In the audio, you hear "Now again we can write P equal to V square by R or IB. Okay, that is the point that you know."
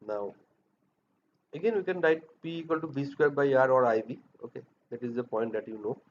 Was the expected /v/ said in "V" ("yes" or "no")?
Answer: no